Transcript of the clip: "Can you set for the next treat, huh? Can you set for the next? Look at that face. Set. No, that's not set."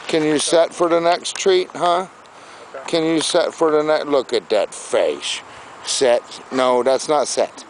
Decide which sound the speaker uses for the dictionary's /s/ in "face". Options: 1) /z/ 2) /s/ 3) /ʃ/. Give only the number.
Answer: 3